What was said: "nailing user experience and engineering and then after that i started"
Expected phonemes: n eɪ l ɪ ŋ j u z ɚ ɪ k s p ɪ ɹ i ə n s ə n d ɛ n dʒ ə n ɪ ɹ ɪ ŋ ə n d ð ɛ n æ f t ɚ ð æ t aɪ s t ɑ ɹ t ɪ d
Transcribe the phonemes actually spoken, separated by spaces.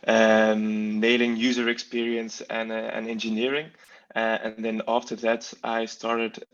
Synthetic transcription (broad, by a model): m eɪ l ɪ ŋ j u z ɚ ɪ k s p ɪ ɹ i ə n s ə n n ɛ n dʒ ə n ɪ ɹ ɪ ŋ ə n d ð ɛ n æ f t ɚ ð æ t aɪ s t ɑ ɹ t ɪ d